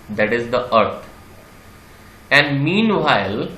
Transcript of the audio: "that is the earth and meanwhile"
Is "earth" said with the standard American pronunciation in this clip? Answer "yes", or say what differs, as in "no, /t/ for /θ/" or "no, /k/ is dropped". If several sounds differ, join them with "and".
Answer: no, /t/ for /θ/